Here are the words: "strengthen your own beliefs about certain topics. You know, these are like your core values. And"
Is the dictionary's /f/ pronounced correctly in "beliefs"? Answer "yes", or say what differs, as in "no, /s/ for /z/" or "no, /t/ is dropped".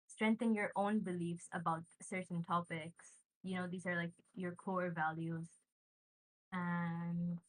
yes